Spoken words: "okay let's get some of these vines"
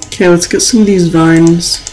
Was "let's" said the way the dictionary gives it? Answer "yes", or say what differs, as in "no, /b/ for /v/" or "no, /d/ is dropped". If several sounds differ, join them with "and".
yes